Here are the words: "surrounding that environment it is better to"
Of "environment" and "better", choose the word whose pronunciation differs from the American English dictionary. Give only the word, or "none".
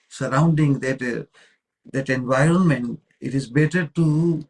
none